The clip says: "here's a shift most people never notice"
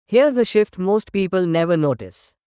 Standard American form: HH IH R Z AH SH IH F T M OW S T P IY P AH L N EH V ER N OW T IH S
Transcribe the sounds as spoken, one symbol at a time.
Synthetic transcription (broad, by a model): HH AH R Z AH SH IH F T M OW S T P IY P AH L N EH V ER N OW T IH S